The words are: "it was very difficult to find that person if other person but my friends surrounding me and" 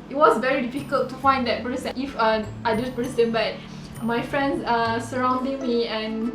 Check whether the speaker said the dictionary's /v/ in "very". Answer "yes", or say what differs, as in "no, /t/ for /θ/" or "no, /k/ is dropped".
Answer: yes